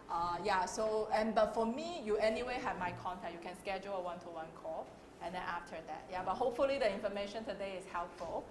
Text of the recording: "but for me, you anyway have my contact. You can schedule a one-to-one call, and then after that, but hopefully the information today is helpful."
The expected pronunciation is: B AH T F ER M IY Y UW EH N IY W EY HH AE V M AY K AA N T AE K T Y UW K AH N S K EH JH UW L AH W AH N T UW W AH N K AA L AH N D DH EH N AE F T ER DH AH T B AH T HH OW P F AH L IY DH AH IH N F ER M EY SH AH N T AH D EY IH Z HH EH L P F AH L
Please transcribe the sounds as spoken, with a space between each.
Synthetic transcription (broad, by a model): B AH T F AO M IY Y UW EH N IY W EY HH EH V M AY K AA N T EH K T Y UW K AH N S K EH JH UW L AH W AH N T UW W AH N K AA AH N D EH N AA F T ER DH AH T B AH T HH OW P F AH L IY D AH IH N F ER M EY SH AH N T AH D EY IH S HH EH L P F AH L